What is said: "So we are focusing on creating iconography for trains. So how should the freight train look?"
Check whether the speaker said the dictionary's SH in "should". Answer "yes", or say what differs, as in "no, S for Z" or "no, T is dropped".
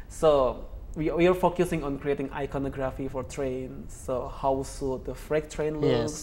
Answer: no, S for SH